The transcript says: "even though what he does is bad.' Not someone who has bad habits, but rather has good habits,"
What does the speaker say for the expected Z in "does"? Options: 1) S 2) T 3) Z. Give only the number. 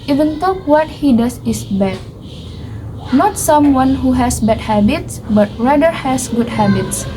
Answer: 1